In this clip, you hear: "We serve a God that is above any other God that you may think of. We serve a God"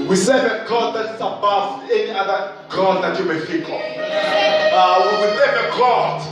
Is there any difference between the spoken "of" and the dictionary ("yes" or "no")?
yes